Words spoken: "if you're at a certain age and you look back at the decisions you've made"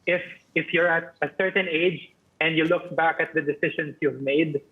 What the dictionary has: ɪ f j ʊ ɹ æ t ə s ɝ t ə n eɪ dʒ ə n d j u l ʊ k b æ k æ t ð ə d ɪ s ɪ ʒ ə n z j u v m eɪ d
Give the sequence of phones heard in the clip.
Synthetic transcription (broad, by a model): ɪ f j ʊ ɹ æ t ə s ɝ t ə n eɪ dʒ ə n d j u l ʊ k b æ k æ t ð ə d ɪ s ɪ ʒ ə n s j u v m eɪ d